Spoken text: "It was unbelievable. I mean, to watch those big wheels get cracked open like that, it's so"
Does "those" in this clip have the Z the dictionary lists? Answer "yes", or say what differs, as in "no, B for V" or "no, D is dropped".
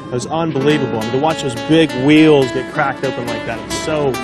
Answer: yes